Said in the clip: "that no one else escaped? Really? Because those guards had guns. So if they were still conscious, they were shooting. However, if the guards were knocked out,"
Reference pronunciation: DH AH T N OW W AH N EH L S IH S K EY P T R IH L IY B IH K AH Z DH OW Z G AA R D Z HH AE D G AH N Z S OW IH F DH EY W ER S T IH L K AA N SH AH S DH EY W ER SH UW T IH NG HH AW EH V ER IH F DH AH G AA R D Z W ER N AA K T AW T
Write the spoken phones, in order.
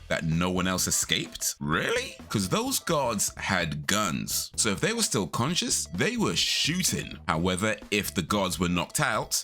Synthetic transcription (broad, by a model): DH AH T N OW W AH N EH L S IH S K EY P T R IH L IY K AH Z DH OW Z G AA R D Z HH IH D G AH N Z S OW IH F DH EY W ER S T IH L K AA N SH AH S DH EY W ER SH UW T IH NG HH AW EH V ER IH F DH AH G AA R D Z W ER N AA K T AW T